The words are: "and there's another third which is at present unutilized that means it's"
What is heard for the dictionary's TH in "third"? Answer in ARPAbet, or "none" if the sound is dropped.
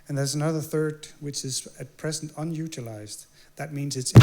TH